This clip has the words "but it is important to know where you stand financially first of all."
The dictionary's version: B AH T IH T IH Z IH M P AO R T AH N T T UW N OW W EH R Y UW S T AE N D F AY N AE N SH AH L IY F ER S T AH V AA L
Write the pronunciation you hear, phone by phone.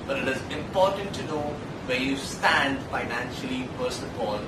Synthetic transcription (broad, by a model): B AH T IH T IH Z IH M P AO R T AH N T T UW N OW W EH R Y UW S T AE N D F AY N AE N SH AH L IY P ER S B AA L